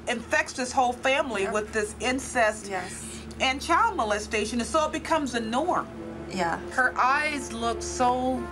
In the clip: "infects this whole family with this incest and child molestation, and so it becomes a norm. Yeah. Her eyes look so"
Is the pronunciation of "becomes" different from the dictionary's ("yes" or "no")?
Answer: no